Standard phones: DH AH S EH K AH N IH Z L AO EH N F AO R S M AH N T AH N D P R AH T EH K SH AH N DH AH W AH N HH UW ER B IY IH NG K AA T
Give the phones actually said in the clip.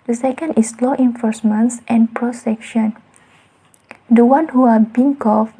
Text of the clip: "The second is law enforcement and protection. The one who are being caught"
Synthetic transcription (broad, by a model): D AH S EH K AH N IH S L AO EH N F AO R S M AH N T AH N P R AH S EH K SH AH N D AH W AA N HH UW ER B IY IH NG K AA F